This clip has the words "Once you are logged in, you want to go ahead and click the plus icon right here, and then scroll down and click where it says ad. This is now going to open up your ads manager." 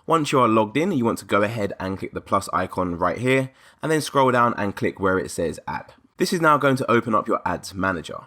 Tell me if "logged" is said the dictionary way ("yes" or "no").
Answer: yes